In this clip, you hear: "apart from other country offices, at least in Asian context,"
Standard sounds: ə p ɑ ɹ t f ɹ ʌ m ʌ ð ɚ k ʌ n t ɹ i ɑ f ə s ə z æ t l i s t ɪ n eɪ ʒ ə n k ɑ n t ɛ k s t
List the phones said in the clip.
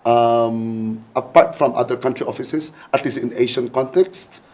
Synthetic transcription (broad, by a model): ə p ɑ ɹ t f ɹ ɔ m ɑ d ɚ k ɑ n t ɹ i ɑ f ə s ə s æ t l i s ɪ n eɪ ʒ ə n k ɑ n t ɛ k s t